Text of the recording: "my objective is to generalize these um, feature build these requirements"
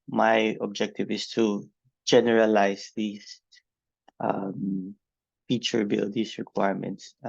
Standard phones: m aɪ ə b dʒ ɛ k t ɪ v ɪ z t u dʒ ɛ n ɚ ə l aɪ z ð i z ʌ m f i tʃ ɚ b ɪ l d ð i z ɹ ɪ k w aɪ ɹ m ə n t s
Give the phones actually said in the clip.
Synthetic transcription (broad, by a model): m aɪ ə b dʒ ɛ k t ɪ v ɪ s t u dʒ ɛ n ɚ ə l aɪ s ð i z ʌ m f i tʃ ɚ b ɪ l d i s ɹ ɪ k w aɪ ɹ m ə n t s